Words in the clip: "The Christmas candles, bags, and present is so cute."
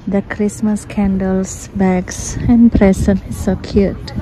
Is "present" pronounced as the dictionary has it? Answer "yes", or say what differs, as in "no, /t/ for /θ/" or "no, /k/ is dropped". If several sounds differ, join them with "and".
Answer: no, /s/ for /z/ and /t/ is dropped